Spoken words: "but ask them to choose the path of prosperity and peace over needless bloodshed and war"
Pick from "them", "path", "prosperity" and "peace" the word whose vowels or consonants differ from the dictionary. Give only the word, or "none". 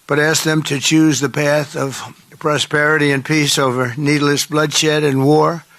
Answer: none